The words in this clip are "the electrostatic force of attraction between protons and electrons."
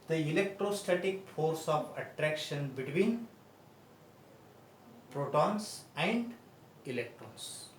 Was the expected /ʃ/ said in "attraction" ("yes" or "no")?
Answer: yes